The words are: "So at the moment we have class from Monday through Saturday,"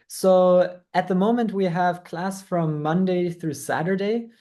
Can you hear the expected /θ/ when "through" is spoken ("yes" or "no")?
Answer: yes